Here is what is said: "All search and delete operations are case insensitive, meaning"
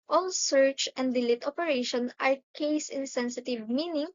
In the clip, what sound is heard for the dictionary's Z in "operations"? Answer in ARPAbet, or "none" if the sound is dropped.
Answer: none